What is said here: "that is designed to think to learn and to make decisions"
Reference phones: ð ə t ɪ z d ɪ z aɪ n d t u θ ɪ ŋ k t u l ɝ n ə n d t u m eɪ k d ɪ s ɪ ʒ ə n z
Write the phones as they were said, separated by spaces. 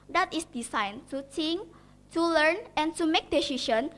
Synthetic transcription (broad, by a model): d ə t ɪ s d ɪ s aɪ n t u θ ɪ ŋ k t u l ɝ n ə n t u m eɪ k d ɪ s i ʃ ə n